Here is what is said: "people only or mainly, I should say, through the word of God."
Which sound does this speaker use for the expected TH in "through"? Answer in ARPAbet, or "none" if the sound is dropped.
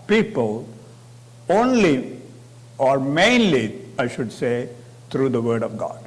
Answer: T